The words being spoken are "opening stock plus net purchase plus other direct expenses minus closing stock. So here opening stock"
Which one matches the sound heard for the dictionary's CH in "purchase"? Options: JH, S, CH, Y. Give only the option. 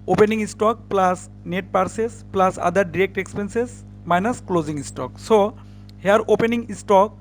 S